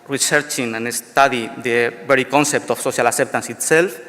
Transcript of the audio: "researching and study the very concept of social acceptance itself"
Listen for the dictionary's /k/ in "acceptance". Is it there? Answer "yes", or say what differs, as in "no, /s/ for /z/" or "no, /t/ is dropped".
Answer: no, /k/ is dropped